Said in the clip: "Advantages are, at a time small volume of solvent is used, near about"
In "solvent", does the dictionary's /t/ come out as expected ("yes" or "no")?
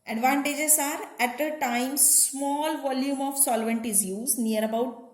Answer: yes